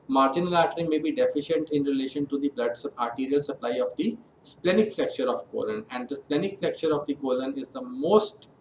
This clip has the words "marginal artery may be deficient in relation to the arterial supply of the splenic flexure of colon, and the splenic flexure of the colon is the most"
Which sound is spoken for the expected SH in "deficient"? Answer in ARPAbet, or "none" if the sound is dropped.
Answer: SH